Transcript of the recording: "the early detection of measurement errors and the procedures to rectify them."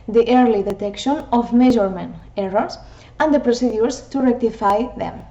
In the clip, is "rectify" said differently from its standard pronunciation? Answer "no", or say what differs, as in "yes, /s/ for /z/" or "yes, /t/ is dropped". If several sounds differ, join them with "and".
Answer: no